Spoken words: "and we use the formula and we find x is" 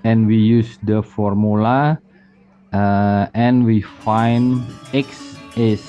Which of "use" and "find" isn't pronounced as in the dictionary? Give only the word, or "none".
find